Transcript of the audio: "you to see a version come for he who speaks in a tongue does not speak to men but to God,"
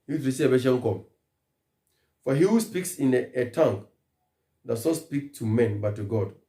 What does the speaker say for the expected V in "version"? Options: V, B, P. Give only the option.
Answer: B